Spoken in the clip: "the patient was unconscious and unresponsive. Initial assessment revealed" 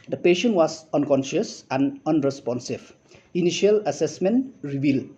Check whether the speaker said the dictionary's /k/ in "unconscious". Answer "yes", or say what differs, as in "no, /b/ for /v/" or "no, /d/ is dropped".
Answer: yes